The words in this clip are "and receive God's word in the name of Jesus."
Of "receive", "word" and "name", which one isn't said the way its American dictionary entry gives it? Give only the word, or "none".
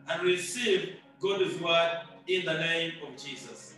word